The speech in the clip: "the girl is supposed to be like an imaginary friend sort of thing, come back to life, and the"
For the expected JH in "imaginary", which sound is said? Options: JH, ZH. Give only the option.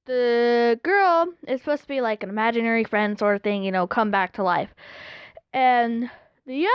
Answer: JH